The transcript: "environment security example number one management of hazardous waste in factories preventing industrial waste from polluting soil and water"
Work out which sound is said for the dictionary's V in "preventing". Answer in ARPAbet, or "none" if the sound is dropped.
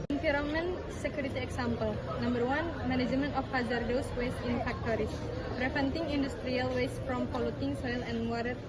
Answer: F